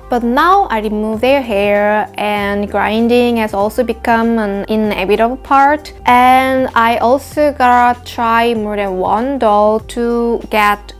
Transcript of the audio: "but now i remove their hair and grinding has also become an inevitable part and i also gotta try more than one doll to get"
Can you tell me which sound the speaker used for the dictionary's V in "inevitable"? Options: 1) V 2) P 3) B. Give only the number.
3